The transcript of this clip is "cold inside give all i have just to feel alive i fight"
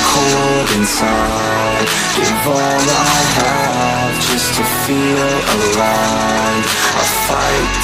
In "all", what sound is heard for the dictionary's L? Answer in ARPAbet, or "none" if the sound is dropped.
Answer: N